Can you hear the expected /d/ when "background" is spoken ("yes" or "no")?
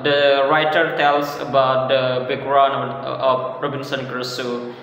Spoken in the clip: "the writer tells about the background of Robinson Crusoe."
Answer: no